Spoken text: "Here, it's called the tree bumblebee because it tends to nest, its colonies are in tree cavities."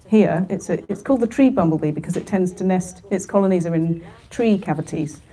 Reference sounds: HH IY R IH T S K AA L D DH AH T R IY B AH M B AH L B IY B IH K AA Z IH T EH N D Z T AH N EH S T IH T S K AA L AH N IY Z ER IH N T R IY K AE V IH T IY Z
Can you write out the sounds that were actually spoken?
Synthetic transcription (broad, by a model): HH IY R IH T S K AA L D DH AH T R IY B AH M B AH L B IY B IH K AA Z IH T EH N D Z T AH N EH S T IH T S K AA L AH N IY Z ER IH N T R IY K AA V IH T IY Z